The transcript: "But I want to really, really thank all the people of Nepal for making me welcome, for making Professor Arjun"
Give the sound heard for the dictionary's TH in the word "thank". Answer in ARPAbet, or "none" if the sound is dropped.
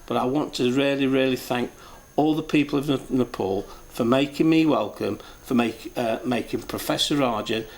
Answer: TH